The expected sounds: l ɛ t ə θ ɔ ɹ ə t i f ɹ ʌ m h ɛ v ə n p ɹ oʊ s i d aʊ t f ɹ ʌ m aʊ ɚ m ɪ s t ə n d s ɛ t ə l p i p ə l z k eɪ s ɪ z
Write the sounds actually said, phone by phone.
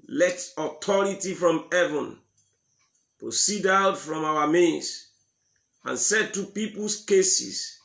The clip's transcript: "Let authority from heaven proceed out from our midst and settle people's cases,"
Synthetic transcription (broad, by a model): l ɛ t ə t ɔ ɹ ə t i f ɹ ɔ m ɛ v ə n p ɹ oʊ s i d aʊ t f ɹ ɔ m aʊ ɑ m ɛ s ə n s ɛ t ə p i p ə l s k eɪ s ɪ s